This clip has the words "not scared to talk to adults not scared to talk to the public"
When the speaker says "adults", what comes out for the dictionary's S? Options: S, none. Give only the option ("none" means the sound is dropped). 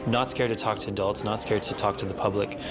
S